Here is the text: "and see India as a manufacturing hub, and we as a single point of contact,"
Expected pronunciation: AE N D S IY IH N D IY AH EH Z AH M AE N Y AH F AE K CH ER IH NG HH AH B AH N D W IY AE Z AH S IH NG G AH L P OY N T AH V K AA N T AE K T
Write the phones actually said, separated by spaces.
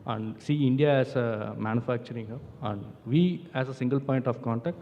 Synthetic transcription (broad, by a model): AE N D S IY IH N D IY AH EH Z AH M AE N Y AH F AE K CH ER IH NG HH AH AH N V IY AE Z AH S IH NG G AH L P OY N T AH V K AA N T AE K T